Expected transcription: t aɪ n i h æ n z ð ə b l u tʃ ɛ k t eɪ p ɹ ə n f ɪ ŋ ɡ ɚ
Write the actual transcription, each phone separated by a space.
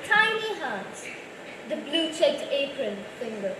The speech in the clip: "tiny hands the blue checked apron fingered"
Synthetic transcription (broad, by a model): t aɪ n i h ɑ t ð ə b l u tʃ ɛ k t eɪ p ɹ ə n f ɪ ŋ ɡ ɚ